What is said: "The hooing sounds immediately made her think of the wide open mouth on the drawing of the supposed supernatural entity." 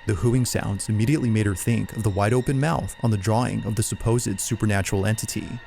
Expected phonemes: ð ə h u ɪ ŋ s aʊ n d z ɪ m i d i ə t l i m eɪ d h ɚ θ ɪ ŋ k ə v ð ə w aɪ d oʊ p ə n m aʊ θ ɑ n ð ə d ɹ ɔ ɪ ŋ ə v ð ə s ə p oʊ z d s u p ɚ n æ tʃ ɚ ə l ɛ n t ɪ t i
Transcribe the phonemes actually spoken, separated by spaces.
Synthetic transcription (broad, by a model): ð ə h u ɪ ŋ s aʊ n d z ɪ m i d i ə t l i m eɪ d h ɚ θ ɪ ŋ k ə v ð ə w aɪ d oʊ p ə n m aʊ θ n ð ə d ɹ ɔ ɪ ŋ ə v ð ə s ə p oʊ z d s u p ɚ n æ tʃ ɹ l ɛ n t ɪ t i